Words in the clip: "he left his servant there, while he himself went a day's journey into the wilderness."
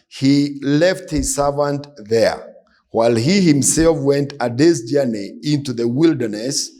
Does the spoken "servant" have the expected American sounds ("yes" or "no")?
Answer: yes